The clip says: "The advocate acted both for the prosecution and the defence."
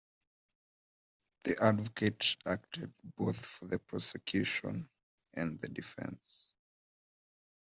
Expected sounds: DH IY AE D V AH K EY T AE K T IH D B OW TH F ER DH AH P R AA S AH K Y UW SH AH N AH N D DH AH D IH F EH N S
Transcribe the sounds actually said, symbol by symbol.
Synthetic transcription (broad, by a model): DH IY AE D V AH K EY T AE K T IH D B OW TH F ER DH AH P R AA S AH K Y UW SH AH N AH N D DH AH D IH F EH N S